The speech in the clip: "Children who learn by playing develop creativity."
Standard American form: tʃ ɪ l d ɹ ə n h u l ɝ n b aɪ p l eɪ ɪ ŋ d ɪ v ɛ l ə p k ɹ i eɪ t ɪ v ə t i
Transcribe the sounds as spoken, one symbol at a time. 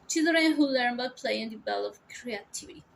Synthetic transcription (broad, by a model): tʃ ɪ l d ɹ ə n h u l ɝ n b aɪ p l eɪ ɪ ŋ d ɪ b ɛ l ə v k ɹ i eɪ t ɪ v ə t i